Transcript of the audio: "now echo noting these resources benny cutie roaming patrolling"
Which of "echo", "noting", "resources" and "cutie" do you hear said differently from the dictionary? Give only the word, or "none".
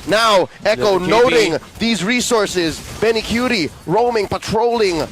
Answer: none